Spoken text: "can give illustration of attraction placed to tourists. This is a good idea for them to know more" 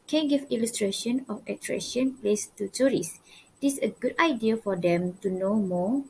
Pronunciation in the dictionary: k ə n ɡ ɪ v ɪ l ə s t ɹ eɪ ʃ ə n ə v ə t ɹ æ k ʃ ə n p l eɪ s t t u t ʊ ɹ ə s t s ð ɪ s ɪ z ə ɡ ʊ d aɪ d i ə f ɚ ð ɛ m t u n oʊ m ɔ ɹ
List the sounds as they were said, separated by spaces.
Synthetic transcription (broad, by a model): k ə n ɡ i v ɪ l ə s t ɹ eɪ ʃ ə n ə f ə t ɹ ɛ ʃ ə n p l eɪ s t t u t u ɹ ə s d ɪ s ə ɡ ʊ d aɪ d i ə f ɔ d ɛ m t u n oʊ m ɔ